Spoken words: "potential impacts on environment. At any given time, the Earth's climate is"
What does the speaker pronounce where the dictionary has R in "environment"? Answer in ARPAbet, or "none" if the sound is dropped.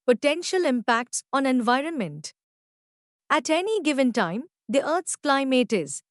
R